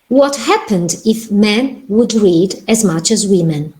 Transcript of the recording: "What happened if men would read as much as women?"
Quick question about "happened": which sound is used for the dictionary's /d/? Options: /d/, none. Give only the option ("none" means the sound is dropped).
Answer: /d/